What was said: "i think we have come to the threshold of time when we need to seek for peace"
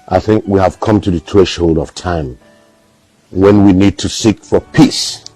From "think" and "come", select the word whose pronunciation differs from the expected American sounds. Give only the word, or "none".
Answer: none